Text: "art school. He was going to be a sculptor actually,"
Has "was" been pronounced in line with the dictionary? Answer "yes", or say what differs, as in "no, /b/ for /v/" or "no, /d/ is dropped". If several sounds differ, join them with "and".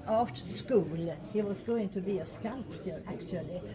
no, /s/ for /z/